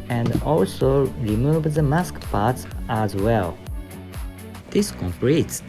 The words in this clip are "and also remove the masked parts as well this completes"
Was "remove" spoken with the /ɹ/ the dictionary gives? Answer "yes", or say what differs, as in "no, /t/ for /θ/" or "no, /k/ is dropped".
yes